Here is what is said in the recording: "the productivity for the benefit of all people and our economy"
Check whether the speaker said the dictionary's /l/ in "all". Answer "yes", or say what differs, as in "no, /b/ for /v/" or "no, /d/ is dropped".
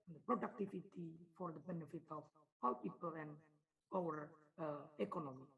no, /w/ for /l/